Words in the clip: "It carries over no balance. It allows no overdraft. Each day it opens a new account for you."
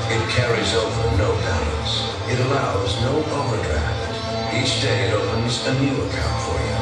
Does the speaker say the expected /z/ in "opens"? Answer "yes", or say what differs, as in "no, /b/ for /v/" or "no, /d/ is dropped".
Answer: yes